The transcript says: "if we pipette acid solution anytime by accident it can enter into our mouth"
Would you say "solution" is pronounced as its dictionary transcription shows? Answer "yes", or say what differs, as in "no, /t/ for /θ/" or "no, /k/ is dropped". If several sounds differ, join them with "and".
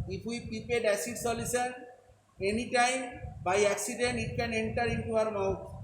no, /s/ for /ʃ/